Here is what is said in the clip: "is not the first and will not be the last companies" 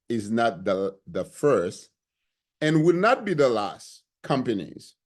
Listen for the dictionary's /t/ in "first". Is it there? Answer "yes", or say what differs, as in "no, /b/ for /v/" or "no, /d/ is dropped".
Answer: yes